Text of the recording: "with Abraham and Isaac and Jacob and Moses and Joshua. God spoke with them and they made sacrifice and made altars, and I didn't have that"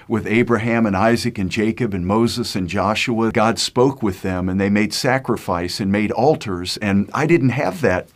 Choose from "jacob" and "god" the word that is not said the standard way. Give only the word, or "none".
none